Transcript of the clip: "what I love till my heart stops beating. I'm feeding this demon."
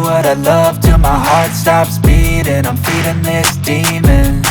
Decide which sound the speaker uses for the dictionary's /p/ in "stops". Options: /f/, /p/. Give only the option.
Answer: /p/